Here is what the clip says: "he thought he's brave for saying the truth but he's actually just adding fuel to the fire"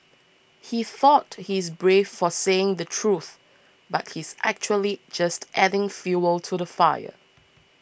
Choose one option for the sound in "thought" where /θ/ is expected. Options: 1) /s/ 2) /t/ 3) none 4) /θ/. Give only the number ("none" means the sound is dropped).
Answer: 4